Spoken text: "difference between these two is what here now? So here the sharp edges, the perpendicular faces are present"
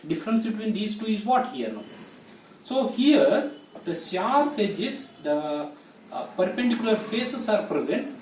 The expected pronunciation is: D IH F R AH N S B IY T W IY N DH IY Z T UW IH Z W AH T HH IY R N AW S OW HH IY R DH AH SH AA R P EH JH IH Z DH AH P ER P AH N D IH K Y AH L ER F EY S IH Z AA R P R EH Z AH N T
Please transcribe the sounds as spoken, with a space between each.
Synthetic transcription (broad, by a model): D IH F R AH N S B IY T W IY N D IY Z T UW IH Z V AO T HH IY R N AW S OW HH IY R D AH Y AA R F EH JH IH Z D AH P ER P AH N D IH K Y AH L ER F EY S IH S AA R P R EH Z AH N T